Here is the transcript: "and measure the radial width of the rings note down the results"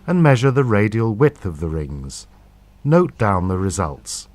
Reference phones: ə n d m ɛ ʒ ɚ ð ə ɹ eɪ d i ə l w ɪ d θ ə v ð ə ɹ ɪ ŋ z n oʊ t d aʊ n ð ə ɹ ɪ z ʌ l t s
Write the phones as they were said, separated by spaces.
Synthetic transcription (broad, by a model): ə n m ɛ ʒ ɚ ð ə ɹ eɪ d i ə l w ɪ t θ ə v ð ə ɹ ɪ ŋ z n oʊ t d aʊ n ð ə ɹ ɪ z ʌ l t s